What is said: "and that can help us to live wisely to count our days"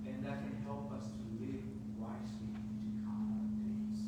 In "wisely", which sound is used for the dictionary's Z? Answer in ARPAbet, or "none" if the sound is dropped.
S